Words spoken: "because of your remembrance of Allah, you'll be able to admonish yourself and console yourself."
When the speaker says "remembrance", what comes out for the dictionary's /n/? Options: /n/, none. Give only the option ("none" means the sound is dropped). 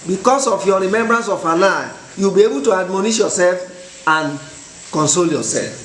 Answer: /n/